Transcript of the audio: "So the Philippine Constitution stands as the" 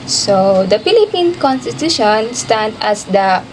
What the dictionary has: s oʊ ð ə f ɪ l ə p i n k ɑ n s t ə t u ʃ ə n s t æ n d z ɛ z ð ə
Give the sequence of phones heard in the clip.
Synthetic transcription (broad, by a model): s oʊ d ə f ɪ l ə p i n k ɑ n s t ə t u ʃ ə n s t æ n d ɛ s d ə